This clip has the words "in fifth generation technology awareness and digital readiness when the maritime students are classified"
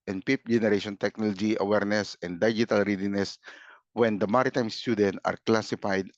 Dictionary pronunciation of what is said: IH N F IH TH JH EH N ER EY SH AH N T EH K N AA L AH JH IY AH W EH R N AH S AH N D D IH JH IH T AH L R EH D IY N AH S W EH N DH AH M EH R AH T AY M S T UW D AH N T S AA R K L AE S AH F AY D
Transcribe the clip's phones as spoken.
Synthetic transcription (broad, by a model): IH N P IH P JH EH N ER EY SH AH N T EH K N AA L AH JH IY AH W EH R N AH S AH N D D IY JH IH T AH L R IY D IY N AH S W EH N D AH M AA R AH T AY M S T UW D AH N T AA R K L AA S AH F AY D